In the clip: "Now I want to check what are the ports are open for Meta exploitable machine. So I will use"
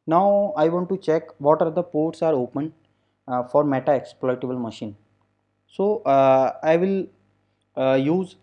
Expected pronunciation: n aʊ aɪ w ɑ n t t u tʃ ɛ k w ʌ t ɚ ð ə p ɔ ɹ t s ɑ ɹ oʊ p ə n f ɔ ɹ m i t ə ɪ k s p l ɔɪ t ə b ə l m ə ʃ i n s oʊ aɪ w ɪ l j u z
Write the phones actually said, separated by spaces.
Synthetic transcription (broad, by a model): n aʊ aɪ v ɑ n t t u tʃ ɛ k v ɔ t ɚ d ə p ɔ ɹ t s ɑ ɹ oʊ p ə n f ɔ ɹ m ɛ t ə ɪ k s p l ɔɪ t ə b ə l m ə ʃ i n s oʊ aɪ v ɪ l j u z